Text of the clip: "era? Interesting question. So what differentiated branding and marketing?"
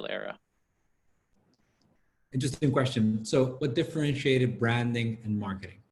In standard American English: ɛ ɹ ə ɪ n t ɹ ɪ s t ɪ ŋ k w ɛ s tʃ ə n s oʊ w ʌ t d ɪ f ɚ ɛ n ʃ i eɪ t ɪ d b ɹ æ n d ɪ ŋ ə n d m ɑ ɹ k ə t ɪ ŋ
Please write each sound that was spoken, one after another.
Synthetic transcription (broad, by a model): ɛ ɹ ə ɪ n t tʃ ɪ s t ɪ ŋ k w ɛ s tʃ ə n s oʊ w ʌ t d ɪ f ɚ ɛ n ʃ i eɪ t ɪ d b ɹ æ n d ɪ ŋ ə n m ɑ ɹ k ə t ɪ ŋ